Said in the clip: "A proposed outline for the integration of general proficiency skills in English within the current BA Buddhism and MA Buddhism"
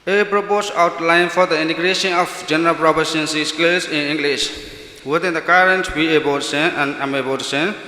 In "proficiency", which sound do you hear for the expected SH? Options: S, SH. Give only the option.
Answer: S